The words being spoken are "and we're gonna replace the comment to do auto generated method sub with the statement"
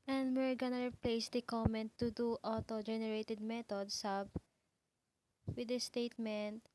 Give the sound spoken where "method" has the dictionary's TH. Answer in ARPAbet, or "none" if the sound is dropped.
T